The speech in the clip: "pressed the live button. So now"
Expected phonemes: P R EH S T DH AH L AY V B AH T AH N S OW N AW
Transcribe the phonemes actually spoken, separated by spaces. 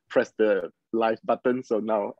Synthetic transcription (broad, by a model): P R EH S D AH L AY F B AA T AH N S OW N AW